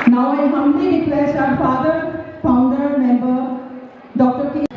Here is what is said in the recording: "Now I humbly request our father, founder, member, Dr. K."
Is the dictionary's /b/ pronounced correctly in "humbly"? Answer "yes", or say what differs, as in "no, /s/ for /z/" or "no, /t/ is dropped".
no, /b/ is dropped